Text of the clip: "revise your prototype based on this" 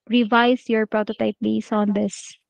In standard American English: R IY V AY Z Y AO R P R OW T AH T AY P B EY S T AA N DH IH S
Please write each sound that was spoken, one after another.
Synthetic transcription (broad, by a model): R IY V AY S Y AO R P R OW T AH T AY P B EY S AA N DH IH S